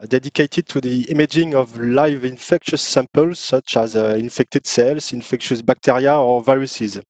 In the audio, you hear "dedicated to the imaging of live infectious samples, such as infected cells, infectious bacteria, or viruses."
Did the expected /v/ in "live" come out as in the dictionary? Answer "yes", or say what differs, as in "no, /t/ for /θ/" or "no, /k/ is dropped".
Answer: yes